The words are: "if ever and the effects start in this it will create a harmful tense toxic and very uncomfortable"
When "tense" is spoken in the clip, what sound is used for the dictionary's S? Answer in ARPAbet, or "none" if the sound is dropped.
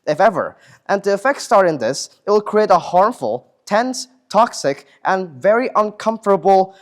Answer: S